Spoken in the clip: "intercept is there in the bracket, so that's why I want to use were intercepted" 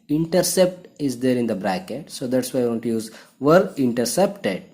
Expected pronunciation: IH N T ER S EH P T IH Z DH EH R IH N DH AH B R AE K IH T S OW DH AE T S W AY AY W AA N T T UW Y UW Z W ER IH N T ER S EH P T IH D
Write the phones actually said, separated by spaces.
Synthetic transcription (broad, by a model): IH N T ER S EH P T IH Z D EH R IH N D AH B R AE K IH T S OW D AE T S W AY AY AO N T T UW Y UW Z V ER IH N T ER S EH P T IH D